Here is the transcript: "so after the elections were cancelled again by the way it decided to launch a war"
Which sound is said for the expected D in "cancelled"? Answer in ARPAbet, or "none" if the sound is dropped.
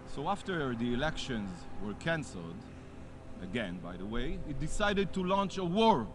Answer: D